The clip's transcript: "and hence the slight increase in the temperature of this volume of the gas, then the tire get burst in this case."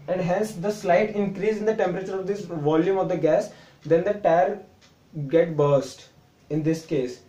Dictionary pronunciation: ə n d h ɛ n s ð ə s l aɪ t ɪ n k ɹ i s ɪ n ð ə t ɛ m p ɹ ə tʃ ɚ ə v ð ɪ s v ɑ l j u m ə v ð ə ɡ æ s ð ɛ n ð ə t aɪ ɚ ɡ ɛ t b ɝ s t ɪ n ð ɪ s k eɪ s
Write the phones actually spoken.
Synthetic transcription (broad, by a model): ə n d h ɛ n s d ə s l aɪ t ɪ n k ɹ i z ɪ n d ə t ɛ m p ɹ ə tʃ ɚ ə v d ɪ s v ɑ l j u m ə v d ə ɡ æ s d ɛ n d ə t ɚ ɡ ɛ t b ɝ s t ɪ n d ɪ s k eɪ s